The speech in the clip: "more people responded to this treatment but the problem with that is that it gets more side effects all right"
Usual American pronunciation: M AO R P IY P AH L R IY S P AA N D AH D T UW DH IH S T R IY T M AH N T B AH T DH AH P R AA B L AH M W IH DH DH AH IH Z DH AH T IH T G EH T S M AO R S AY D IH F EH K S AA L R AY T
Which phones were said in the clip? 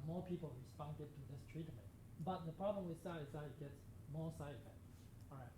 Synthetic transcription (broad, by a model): M AO P IY P AH L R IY S P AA N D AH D T UW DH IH S T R IY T M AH N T B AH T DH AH P R AA B L AH M W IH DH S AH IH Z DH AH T IH T G EH T S M AO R S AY IH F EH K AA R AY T